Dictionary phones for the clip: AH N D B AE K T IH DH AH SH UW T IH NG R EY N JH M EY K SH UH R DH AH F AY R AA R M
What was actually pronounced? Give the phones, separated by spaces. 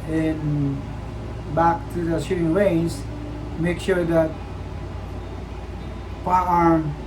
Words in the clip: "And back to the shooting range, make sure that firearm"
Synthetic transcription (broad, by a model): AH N B AE K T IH DH AH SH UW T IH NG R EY N Z M EY K SH UH R DH AH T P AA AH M